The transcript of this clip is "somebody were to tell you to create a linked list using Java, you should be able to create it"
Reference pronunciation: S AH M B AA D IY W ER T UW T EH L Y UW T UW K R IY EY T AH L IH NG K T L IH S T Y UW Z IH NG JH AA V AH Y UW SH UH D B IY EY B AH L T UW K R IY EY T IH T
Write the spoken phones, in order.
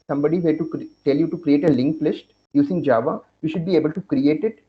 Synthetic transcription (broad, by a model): S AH M B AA D IY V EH T UW T EH L Y UW T UW K R IY EY T AH L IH NG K L IH S T Y UW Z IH NG JH AA V AH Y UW SH UH D B IY EY B AH L T UW K R IY EY T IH T